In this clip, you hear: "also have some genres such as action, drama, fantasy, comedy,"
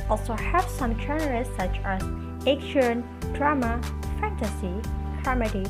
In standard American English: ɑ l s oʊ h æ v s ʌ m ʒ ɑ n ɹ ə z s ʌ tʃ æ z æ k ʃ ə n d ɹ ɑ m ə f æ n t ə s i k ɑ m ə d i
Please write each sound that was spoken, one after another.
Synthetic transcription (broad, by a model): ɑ l s oʊ h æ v s ʌ m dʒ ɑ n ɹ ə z s ʌ tʃ æ z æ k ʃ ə n d ɹ ɑ m ə f æ n t ə s i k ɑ m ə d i